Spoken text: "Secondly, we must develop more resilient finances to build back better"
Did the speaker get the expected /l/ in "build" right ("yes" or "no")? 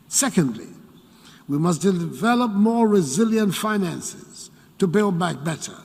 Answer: yes